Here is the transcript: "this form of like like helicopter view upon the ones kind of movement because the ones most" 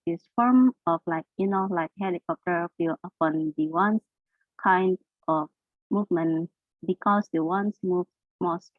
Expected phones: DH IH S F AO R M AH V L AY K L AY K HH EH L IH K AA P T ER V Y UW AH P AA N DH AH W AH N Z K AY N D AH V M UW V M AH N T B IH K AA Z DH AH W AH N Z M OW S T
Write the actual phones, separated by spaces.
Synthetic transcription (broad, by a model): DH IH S F AO R M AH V L AY K L AY K HH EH L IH K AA P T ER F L AH P AA N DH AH W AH N S K AY N D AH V M UW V M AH N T B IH K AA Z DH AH W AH N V M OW S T